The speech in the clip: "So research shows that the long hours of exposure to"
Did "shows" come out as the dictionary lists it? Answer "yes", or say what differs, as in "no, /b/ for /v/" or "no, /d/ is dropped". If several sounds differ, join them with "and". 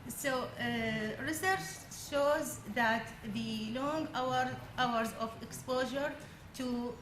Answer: yes